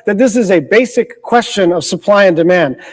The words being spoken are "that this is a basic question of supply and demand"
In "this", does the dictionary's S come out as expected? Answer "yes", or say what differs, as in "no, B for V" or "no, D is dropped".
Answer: yes